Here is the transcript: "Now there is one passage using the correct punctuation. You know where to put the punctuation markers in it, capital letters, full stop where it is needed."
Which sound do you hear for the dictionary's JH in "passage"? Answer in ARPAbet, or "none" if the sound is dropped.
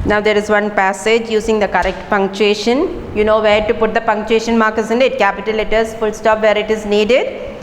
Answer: JH